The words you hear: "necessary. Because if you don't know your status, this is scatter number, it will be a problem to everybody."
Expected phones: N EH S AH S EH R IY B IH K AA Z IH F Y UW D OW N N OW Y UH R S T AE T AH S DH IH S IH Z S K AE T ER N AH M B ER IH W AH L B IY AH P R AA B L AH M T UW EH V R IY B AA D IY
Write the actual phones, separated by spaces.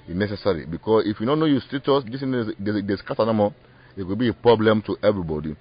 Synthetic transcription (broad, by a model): N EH S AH S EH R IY B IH K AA S IH F Y UW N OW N N OW Y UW S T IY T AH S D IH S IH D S K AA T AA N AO M AO IH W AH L B IY AH P R AA B L AH M T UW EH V R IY B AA D IY